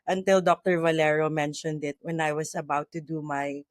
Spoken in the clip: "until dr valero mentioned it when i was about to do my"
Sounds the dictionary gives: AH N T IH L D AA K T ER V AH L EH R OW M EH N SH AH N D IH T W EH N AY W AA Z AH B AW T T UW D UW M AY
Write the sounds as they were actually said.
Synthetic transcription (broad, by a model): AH N T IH L D AA K T ER V AH L EH R OW M EH N SH AH N D IH T W EH N AY W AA S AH B AW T T UW D UW M AY